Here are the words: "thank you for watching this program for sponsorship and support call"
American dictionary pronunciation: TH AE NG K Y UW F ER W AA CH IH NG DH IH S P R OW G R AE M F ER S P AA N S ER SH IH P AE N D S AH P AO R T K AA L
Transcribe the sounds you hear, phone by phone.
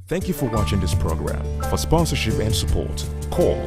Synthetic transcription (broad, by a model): TH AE NG K Y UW F ER W AA CH IH NG DH IH S P R OW G R AE M F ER S P AA N S ER SH IH P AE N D S AH P AO R T K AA L